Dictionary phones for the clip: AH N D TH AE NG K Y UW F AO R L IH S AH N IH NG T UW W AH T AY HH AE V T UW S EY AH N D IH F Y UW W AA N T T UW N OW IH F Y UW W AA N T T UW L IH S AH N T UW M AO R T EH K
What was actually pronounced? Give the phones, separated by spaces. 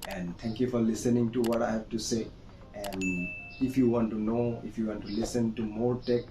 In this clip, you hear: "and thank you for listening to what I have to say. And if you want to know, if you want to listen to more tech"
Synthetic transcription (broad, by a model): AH N D T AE NG K Y UW F AO R L IH S AH N IH NG T UW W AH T AY HH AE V T UW S EY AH N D IH F Y UW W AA N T T UW N OW IH F Y UW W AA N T T UW L IH S AH N T UW M AO R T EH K